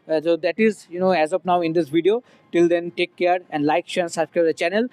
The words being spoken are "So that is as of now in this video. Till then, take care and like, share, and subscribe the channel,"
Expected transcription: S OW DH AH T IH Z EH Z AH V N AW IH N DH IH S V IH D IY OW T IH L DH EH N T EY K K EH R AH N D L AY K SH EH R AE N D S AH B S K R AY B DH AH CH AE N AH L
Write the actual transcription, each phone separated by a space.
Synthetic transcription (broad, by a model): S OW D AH T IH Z EH Z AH P N AW IH N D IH S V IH D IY OW T IH L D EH N T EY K K EH R AH N D L AY K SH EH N S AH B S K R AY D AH CH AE N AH L